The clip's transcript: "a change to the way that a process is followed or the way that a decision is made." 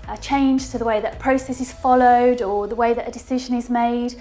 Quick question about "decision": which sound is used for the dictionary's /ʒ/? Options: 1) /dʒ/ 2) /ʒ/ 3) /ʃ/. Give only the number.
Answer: 2